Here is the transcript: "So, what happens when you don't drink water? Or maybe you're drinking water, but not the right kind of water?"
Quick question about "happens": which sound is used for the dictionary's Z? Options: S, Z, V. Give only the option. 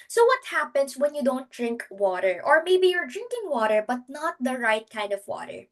S